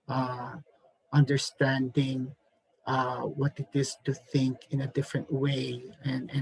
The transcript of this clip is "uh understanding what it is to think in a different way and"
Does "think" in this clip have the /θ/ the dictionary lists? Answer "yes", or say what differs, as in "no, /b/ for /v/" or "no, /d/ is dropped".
yes